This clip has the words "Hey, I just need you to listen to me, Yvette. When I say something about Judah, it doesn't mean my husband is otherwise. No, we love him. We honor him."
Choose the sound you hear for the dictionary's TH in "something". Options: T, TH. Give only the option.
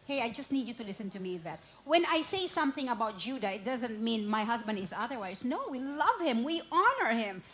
TH